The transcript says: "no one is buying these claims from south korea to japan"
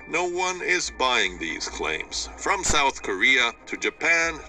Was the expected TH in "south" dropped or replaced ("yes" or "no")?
no